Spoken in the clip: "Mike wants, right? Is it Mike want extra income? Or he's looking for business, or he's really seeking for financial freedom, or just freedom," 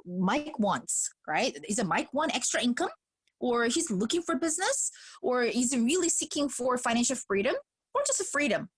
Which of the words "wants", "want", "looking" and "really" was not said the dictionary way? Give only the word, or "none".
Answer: want